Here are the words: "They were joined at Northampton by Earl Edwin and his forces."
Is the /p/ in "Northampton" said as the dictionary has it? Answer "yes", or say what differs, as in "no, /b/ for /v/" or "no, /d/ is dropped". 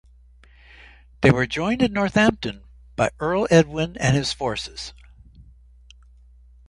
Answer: yes